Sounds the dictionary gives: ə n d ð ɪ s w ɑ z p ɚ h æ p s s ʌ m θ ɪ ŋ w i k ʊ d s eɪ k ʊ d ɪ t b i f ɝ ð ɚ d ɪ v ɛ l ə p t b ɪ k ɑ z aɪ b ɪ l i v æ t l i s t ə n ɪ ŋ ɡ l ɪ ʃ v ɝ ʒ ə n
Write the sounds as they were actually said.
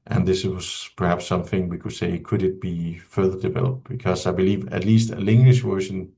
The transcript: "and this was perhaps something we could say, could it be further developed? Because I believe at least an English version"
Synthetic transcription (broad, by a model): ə n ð ɪ s w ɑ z p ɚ h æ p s s ʌ m θ ɪ ŋ w i k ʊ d s eɪ k ʊ d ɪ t b i f ɝ ð ɚ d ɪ v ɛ l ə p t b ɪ k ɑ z aɪ b ɪ l i v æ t l i s t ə l ɪ ŋ ɡ l ɪ ʃ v ɝ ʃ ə n